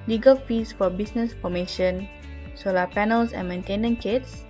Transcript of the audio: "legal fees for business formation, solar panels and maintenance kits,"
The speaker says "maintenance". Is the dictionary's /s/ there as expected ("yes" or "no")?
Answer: no